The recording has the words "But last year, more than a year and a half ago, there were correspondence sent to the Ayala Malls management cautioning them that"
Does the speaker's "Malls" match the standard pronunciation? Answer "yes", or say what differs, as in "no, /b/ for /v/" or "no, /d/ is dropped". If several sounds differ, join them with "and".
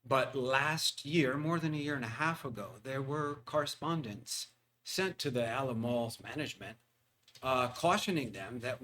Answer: yes